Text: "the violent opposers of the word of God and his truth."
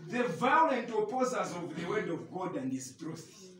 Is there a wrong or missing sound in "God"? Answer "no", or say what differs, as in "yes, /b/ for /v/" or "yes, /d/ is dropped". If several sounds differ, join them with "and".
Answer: no